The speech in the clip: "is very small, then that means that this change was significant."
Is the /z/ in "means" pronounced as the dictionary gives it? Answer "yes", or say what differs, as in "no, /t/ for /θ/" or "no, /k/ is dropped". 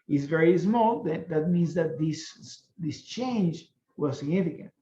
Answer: yes